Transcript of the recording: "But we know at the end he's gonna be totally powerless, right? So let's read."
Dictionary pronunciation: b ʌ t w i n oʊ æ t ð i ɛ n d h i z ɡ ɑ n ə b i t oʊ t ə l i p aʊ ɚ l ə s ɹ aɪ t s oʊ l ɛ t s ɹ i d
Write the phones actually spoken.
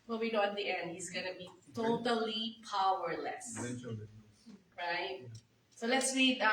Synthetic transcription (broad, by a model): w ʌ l w i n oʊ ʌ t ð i ɛ n d h i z ɡ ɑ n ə b i t oʊ t ə l i p aʊ ɚ l ə s ɹ aɪ t s oʊ l ɛ t s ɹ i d